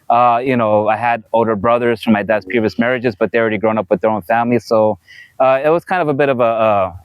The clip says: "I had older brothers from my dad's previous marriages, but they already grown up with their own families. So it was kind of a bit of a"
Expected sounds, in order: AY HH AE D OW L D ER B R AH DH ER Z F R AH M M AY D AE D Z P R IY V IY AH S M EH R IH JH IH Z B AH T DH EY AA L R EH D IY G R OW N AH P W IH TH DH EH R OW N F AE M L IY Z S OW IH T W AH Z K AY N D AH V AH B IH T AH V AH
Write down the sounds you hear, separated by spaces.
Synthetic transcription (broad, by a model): AY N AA D OW L D ER B R AH DH ER Z F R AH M M AY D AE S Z P R IY V IY AH S M EH R IH JH IH Z B AH T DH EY AA L R EH D IY G R OW N AH P W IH DH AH R OW N F AE M L IY S OW IH T W AH Z K AY N D AH V AH B IH T AH V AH